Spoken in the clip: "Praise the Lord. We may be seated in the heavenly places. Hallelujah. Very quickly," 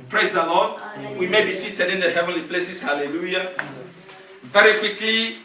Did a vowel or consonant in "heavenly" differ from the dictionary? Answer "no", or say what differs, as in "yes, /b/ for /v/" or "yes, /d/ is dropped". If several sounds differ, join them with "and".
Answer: no